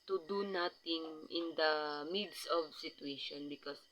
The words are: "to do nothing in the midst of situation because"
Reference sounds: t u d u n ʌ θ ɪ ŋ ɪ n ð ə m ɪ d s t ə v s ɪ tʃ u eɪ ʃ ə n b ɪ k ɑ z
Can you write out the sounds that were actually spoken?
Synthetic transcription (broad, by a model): t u d u n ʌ t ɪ ŋ ɪ n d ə m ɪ d s ə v s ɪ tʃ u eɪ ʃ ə n b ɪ k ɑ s